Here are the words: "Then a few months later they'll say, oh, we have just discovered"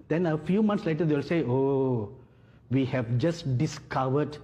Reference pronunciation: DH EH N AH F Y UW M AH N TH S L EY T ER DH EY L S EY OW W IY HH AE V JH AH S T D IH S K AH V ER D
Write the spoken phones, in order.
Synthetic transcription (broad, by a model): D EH N AH F Y UW M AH N T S L EY T ER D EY L S EY OW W IY HH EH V JH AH S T D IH S K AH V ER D